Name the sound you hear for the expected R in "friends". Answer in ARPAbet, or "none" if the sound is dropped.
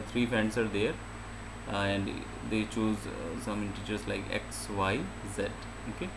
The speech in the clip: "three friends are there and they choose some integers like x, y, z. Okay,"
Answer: none